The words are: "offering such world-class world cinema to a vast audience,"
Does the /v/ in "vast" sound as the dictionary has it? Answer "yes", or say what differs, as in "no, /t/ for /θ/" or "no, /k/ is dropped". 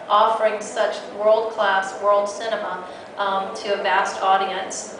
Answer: yes